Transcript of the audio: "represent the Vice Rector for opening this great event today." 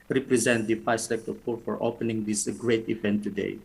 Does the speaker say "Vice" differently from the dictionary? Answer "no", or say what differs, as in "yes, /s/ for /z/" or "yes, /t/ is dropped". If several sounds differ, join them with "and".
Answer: yes, /f/ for /v/